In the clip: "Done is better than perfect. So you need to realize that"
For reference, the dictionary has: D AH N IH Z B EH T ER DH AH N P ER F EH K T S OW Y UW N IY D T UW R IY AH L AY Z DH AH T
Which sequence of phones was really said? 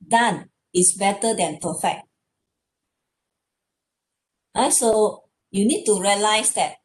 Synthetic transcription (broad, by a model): D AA N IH S B EH T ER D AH N P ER F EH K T S OW Y UW N IY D T UW R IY AH L AY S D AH T